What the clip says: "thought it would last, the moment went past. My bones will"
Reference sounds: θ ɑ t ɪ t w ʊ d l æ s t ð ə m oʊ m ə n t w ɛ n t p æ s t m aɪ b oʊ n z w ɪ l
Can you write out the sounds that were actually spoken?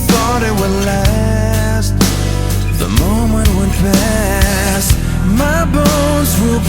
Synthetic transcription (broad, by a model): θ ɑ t ɪ t w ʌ l æ s t ð ə m oʊ m ə n t w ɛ n p æ s t m aɪ b oʊ n z w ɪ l